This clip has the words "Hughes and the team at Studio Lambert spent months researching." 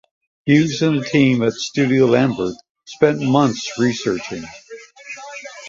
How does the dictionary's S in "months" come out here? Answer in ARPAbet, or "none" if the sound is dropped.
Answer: S